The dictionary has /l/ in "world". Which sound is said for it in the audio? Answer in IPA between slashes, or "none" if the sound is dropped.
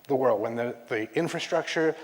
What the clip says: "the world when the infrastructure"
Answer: /l/